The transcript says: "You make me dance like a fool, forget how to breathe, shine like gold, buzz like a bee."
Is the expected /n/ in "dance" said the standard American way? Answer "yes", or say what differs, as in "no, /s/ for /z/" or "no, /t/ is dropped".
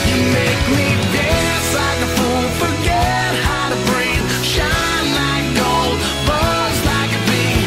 no, /n/ is dropped